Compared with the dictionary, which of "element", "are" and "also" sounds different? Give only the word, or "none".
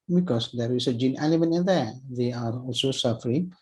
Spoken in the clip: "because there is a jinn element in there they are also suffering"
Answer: element